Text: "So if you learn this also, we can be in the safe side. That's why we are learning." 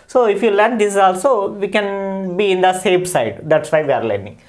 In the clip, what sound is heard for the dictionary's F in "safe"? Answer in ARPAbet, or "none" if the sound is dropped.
P